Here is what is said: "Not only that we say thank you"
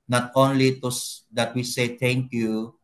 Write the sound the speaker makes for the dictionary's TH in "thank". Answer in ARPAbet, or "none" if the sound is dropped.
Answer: T